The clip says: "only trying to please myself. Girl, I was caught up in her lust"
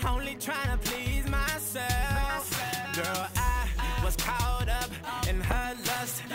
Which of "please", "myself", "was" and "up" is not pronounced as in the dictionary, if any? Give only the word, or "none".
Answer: none